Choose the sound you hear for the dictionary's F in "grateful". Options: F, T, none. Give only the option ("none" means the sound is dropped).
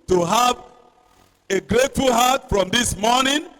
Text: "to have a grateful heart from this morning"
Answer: F